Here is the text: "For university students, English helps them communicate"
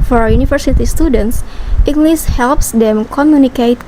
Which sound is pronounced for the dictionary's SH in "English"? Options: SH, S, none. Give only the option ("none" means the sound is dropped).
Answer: S